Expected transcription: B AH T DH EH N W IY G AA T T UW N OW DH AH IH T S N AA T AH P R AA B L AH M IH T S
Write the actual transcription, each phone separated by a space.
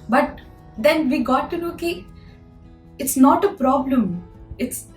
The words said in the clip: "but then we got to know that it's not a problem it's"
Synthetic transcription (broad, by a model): B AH T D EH N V IY G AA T T UW L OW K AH IH T S N AA T AH P R AA B L AH M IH T S